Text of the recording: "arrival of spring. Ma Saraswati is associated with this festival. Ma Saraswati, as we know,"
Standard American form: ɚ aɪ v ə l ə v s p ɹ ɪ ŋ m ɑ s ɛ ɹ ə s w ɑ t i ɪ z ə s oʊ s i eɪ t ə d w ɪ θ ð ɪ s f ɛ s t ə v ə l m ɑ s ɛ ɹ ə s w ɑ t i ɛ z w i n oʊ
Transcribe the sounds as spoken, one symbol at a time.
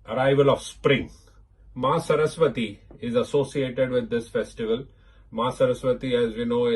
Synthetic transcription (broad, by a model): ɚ aɪ v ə l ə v s p ɹ ɪ ŋ m ɑ s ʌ ɹ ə s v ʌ t i ɪ z ə s oʊ s i eɪ t ə d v ɪ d ɪ s f ɛ s t ə v ə l m ɑ s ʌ ɹ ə s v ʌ t i ɛ z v i n oʊ